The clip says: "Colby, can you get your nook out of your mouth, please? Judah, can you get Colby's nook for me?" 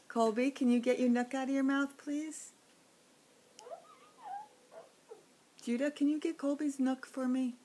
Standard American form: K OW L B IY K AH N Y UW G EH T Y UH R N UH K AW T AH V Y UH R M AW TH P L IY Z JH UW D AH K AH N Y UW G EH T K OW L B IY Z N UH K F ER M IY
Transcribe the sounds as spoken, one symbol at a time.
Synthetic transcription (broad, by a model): K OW L B IY K AH N Y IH G EH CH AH R N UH K AW T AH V Y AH R M AW TH P L IY Z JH UW D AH K AH N Y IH G EH T K OW L B IY Z N UH K F ER M IY